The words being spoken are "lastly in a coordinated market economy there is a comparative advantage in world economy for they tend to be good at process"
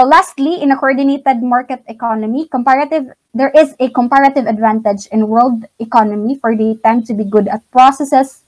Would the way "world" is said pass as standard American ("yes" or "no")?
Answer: yes